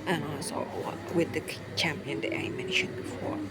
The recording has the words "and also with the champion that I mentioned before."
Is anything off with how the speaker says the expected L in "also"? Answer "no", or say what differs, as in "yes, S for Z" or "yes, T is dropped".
yes, L is dropped